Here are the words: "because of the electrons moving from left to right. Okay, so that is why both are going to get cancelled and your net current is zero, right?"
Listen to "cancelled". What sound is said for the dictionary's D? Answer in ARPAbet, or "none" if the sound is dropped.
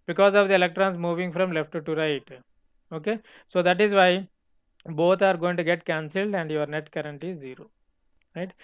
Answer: D